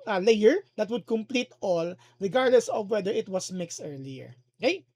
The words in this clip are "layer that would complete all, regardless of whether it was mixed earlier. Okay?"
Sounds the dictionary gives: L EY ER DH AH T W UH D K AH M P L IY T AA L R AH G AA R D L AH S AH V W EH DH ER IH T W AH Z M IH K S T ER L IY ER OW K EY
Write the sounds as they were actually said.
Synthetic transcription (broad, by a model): L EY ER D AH T W UH D K AH M P L IY T AA L R AH G AA R D L AH S AH V W EH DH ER IH T W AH S M IH K S T ER L IY ER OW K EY